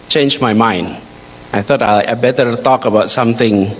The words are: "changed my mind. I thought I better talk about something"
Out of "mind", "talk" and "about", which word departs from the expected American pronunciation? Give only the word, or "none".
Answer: none